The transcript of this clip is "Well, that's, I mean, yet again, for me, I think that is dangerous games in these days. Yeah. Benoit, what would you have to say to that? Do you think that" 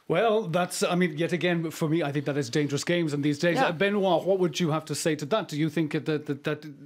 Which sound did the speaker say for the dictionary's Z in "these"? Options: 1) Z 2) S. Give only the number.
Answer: 1